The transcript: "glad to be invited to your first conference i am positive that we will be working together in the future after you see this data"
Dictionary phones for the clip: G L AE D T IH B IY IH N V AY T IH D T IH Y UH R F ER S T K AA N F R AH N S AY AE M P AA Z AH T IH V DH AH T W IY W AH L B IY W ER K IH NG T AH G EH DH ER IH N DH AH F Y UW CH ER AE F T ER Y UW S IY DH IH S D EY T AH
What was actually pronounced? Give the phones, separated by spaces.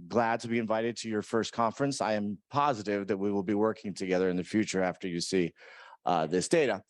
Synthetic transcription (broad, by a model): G L AE D T IH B IY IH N V AY T IH D T IH Y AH R F ER S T K AA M F R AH N S AY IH M P AA Z AH T IH V DH AH T W IY W AH L B IY W ER K IH NG T AH G EH DH ER IH N DH AH F Y UW CH ER AE F T ER Y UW S IY DH IH S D EY T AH